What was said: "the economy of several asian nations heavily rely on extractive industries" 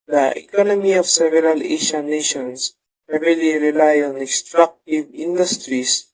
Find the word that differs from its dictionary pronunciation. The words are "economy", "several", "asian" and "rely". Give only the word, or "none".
asian